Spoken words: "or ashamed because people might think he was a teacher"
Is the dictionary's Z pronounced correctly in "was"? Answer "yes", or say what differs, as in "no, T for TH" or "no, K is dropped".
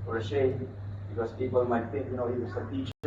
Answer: no, S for Z